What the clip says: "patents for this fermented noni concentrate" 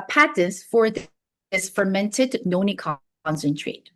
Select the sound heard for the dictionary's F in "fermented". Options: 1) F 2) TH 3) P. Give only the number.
1